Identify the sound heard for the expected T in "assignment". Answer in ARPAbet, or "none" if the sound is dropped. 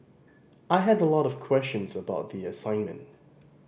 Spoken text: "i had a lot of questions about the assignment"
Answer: T